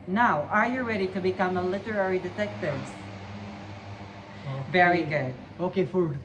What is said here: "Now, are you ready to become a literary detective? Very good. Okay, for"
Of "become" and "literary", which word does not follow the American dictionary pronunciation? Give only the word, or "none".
none